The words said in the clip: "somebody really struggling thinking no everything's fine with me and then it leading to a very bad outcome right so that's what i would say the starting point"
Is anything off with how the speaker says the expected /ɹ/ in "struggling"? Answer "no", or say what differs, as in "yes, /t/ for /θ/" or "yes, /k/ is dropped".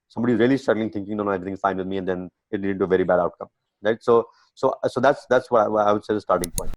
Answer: yes, /ɹ/ is dropped